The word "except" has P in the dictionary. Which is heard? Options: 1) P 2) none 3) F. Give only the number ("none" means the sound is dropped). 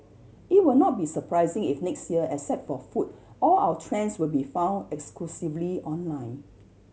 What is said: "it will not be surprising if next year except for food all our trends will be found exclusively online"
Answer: 2